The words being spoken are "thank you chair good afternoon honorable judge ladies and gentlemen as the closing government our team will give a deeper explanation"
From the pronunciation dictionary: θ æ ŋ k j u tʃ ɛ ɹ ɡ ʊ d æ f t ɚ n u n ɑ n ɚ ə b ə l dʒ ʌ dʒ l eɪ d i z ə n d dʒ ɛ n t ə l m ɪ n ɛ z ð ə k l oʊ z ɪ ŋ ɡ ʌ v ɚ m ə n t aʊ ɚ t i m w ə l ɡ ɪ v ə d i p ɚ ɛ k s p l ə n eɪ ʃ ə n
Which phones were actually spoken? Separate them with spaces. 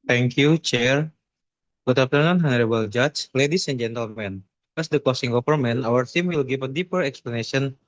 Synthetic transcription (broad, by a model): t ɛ ŋ k j u tʃ ɛ ɹ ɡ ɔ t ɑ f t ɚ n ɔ n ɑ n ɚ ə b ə l dʒ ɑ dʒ l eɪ d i s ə n dʒ ɛ n t ə l m ɪ n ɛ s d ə k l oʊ s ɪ ŋ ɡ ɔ p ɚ m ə n aʊ ɚ t i m w ə l ɡ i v ə d i p ɚ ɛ k s p l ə n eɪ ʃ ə n